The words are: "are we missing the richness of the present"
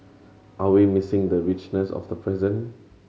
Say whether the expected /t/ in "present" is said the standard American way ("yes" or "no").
no